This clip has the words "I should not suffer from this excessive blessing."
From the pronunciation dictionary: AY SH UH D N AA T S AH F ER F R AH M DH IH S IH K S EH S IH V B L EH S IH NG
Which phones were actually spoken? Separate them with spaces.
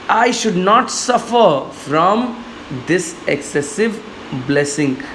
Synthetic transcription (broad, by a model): AY SH UH D N AA T S AH F ER F R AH M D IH S IH K S EH S IH V B L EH S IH NG